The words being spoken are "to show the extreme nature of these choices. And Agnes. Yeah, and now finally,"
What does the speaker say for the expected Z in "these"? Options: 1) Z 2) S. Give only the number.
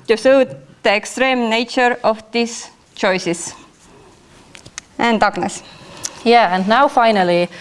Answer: 2